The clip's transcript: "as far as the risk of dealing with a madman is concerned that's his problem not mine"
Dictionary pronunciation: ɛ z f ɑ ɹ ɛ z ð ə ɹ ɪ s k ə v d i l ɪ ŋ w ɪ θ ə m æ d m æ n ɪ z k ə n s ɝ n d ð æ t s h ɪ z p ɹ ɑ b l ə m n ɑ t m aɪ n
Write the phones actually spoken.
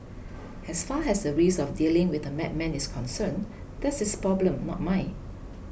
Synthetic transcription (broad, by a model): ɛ s f ɑ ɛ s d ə ɹ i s ə f d i l ɪ ŋ w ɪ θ ə m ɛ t m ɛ n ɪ s k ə n s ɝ n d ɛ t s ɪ s p ɹ ɑ b l ə m n ɑ t m aɪ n